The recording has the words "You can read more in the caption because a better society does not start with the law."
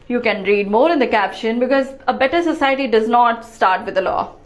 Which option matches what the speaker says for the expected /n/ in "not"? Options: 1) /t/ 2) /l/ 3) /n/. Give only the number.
3